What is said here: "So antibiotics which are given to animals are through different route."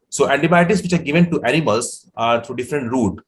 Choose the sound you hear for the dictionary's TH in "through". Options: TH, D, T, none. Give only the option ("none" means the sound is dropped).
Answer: T